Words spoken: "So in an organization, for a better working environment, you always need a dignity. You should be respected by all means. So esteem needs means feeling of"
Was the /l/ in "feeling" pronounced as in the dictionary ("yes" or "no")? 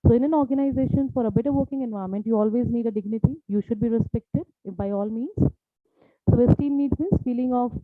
yes